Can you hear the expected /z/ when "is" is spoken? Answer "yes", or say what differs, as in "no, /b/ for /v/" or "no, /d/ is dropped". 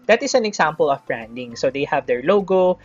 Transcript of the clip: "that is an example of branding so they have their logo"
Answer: no, /s/ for /z/